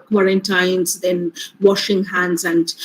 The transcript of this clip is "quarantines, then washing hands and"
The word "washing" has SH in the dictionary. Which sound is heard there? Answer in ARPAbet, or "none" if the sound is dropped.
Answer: SH